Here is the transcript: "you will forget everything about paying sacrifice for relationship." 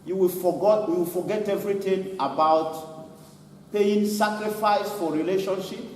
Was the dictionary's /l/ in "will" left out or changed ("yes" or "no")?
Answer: yes